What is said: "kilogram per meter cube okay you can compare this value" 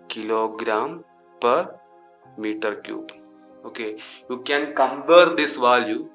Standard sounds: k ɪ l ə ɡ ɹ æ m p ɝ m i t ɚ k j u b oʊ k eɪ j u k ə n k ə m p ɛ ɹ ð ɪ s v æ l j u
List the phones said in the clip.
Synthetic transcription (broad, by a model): k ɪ l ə ɡ ɹ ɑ m p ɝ m i t ɚ k j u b oʊ k eɪ j u k ə n k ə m b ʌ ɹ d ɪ s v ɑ l j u